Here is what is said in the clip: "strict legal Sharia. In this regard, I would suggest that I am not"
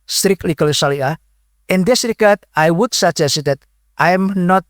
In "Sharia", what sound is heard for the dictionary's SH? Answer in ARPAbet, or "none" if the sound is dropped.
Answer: S